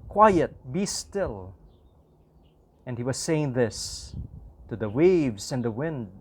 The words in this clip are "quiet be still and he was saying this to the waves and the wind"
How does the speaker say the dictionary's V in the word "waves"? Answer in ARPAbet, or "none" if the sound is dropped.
V